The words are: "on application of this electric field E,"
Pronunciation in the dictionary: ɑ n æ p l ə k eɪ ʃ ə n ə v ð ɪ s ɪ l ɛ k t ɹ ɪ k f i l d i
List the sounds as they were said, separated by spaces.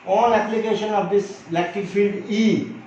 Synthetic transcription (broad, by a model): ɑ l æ p l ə k eɪ ʃ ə n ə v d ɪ s l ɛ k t ɪ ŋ f i l d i